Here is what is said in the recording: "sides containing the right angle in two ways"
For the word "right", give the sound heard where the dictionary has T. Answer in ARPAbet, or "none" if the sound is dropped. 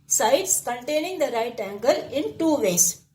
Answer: T